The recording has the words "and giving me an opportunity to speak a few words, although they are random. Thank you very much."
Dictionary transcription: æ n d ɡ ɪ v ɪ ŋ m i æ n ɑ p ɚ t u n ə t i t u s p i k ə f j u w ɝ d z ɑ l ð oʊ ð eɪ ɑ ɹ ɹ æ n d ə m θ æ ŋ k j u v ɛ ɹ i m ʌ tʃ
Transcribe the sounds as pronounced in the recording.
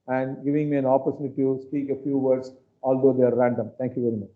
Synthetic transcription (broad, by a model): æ n d ɡ ɪ v ɪ ŋ m i æ n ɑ p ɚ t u n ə t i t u s p i k ə f j u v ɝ d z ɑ l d oʊ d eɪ ɑ ɹ ɹ æ n d ə m t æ ŋ k j u v ɛ ɹ i m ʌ tʃ